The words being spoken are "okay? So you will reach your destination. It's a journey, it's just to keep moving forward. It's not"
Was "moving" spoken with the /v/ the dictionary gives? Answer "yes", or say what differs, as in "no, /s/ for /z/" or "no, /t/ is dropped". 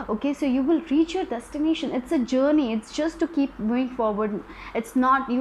no, /v/ is dropped